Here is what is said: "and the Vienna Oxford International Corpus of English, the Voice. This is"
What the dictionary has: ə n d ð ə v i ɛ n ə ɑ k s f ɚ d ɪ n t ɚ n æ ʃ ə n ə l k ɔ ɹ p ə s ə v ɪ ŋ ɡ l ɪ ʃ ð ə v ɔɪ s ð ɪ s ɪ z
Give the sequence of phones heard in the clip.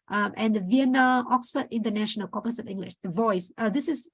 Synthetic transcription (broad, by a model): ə n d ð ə v i ɛ n ə ɑ k s f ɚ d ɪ n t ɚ n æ ʃ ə n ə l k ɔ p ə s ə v ɪ ŋ ɡ l ɪ ʃ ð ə v ɔɪ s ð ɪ s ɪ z